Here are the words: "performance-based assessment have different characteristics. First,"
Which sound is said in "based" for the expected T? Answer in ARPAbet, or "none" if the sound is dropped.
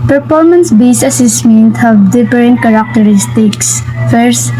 none